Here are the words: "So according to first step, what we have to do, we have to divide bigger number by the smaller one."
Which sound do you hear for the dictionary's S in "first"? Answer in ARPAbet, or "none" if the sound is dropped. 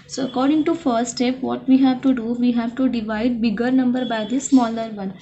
none